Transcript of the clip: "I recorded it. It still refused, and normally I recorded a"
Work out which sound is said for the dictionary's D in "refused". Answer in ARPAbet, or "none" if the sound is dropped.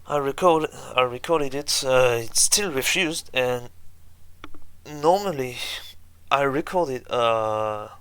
D